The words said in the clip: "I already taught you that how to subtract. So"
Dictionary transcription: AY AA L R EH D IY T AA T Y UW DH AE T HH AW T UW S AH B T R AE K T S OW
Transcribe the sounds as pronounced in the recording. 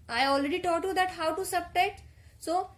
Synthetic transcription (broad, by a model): AY AA L R EH D IY T AA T Y UW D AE T HH AW T UW S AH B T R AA T S OW